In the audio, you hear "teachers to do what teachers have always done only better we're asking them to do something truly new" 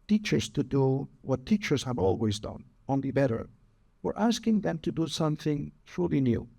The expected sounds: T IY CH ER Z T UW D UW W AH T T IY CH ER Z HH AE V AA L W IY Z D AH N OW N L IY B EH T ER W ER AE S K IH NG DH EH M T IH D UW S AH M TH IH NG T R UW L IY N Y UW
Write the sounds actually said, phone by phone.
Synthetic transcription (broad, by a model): T IY CH ER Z T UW D UW W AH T T IY CH ER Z HH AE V AA L W IY Z D AH N OW N L IY B EH T ER W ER AE S K IH NG DH EH M T IH D UW S AH M TH IH NG T R UW L IY N Y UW